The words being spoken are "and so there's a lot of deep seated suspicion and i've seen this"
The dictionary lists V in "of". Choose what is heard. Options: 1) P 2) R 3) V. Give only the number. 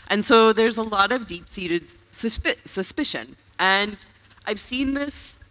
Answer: 3